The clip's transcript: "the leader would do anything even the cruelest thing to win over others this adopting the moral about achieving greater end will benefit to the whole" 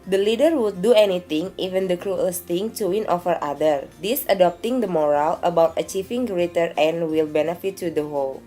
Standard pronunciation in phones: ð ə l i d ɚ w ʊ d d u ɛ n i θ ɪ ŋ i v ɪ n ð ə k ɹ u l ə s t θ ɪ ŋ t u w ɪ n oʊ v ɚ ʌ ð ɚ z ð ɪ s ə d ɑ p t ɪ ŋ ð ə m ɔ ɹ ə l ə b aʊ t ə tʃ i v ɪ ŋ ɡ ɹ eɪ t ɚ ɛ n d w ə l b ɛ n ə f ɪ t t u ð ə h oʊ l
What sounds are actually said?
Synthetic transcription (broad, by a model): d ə l i d ɚ w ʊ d d u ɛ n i t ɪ ŋ i v ɪ n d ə k ɹ u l s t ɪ ŋ t u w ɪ n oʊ f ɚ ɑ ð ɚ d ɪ s ə d ɑ p t ɪ ŋ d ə m ɔ ɹ ə l ə b aʊ t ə tʃ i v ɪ ŋ ɡ ɹ eɪ t ɚ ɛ n w ə l b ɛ n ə f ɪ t t u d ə h oʊ l